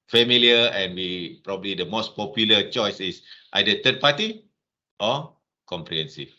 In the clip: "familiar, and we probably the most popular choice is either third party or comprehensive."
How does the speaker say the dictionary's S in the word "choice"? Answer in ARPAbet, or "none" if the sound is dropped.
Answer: S